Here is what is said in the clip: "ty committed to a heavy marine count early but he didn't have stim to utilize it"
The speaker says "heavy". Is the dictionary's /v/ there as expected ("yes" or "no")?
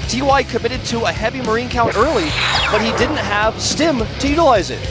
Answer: yes